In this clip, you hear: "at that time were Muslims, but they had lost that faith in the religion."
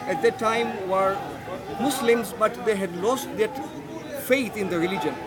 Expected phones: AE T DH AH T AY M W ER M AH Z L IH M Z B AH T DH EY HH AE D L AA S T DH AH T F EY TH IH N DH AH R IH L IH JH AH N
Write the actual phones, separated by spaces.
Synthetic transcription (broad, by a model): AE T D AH T AY M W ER M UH S L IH M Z B AH T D EY HH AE D L AA S T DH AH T F EY T IH N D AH R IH L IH JH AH N